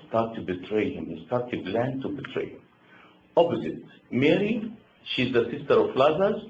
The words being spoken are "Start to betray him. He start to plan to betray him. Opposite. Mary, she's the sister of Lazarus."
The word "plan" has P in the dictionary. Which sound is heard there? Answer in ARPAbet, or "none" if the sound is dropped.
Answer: B